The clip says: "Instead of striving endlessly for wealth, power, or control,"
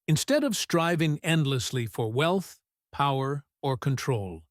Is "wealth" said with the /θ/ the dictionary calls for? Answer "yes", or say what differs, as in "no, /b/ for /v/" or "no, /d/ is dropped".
yes